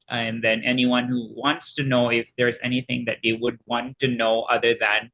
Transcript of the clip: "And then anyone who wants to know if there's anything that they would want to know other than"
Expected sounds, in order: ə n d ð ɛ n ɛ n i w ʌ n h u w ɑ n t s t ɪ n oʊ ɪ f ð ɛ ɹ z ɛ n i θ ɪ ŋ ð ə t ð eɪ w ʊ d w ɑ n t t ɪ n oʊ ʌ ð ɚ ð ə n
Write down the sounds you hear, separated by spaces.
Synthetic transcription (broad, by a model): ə n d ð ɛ n ɛ n i w ʌ n h u w ɑ n t s t ɪ n oʊ ɪ f ð ɛ ɹ z ɛ n i θ ɪ ŋ ð ə t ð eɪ w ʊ d w ɑ n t t ɪ n oʊ ʌ ð ɚ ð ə n